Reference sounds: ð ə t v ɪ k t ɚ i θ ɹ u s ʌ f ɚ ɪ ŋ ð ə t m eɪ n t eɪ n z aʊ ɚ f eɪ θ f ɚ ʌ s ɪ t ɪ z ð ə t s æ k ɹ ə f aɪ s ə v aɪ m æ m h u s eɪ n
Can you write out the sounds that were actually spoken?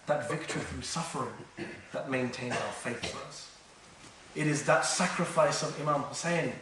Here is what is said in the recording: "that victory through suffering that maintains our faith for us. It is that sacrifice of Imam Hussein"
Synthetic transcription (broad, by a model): ð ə t v ɪ k t ɚ i θ ɹ u s ʌ f ɚ ɪ ŋ ð ə t m eɪ n t eɪ n z aʊ ɚ f eɪ θ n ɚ ʌ s ɪ t ɪ z ð ə t s æ k ɹ ə f aɪ s ə v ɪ m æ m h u s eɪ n